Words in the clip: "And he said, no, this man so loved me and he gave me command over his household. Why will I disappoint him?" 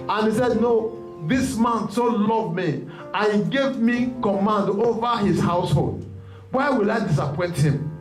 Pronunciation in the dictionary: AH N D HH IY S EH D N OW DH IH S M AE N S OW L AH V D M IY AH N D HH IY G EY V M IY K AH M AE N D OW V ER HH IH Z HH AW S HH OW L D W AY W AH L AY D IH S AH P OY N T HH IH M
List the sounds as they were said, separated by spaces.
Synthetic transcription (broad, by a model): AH N HH IY S EH D N OW DH IH S M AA N S OW L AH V M IY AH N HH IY G EY V M IY K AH M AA N D OW V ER HH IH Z HH AW S HH OW L D W AY W AH L AY D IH S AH P OY N T HH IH M